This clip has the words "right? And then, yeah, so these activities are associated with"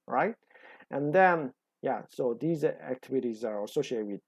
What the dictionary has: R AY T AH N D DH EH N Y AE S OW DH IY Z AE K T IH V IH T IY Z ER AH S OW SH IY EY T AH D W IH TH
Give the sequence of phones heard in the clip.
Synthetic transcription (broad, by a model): R AY T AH N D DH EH N Y AE S OW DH IY Z AE K T IH V IH T IY Z ER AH S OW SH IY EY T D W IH